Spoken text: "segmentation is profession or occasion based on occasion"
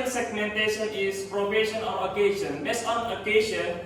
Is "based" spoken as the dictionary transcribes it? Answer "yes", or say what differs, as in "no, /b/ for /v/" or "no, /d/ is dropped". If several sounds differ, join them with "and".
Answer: no, /t/ is dropped